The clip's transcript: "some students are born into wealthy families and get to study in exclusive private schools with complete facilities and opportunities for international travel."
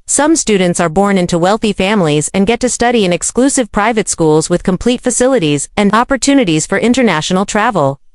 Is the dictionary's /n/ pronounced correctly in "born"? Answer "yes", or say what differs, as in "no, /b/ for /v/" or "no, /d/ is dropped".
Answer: yes